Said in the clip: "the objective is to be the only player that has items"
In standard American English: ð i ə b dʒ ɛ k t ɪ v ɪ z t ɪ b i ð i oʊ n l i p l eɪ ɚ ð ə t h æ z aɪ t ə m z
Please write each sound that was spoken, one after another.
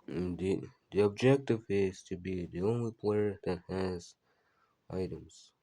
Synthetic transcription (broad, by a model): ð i ə b dʒ ɛ k t ɪ v ɪ z t ɪ b i ð i oʊ n l i p l eɪ ɚ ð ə t h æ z aɪ t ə m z